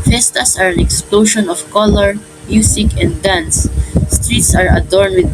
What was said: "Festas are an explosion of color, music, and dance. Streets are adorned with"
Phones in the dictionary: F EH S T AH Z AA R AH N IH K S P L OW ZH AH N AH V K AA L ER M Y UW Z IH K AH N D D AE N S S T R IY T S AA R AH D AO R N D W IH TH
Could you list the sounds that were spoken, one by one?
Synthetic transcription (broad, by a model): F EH S T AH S AA R AH N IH K S P L OW SH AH N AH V K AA L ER M Y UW S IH K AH N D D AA N S S T R IY T S AA R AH D AO R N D W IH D